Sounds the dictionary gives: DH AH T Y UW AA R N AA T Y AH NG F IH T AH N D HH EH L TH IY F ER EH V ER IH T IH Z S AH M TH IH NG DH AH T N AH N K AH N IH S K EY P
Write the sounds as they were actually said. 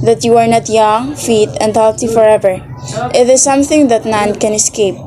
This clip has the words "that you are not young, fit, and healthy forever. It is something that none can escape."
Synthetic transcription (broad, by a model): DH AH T Y UW AA R N AA T Y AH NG F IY T AH N D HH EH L T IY F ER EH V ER IH T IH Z S AH M TH IH NG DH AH T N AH N K AH N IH S K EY P